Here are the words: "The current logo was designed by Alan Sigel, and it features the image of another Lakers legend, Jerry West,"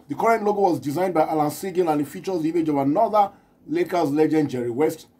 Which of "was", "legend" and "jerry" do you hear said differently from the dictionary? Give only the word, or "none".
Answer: none